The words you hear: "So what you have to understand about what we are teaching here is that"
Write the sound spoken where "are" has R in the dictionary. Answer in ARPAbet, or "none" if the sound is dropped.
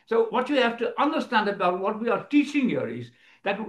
R